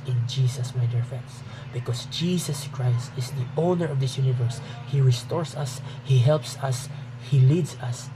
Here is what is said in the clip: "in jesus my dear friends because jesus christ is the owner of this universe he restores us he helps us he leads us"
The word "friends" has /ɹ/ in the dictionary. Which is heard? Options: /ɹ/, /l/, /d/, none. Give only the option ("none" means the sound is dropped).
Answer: none